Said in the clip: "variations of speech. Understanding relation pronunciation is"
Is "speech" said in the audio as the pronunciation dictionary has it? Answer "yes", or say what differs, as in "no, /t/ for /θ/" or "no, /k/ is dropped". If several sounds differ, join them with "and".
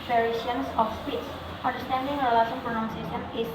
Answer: no, /s/ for /tʃ/